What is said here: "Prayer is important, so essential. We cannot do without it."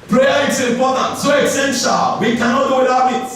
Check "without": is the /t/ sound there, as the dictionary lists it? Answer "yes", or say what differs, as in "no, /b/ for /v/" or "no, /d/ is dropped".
no, /t/ is dropped